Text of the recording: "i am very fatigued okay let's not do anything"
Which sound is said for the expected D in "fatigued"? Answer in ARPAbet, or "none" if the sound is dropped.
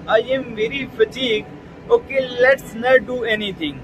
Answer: none